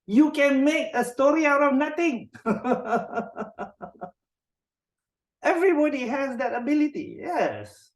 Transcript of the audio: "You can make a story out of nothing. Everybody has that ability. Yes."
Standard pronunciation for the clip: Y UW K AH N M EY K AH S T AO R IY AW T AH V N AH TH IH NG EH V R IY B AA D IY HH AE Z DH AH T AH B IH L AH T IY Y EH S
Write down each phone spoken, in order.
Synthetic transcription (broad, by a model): Y UW K AH N M EY K AH S T AO R IY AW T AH N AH T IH NG EH V R IY B AA D IY HH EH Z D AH T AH B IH L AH T IY Y EH S